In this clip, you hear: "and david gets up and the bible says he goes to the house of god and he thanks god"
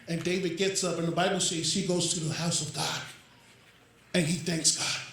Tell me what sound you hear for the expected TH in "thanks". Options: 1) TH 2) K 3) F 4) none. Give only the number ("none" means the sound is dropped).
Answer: 1